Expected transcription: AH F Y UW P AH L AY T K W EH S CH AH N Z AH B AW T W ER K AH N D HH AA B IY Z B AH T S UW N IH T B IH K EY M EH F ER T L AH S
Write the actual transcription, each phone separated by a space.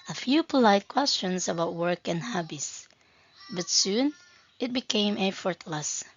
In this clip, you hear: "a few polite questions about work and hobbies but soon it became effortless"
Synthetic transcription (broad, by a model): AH F Y UW P AH L AY T K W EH S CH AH N S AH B AW T W ER K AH N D HH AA B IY S B AH T S UW N IH T B IH K EY M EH F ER T L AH S